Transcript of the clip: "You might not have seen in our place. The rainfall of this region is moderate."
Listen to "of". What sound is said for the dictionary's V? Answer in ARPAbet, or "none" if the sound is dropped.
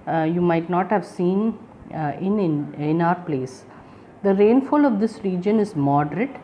V